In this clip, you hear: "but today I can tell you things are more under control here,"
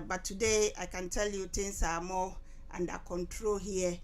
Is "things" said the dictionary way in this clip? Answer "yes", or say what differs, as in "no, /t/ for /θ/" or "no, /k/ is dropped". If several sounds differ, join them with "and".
no, /t/ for /θ/